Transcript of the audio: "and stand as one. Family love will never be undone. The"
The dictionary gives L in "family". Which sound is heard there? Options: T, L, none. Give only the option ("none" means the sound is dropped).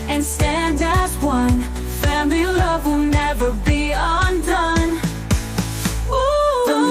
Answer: none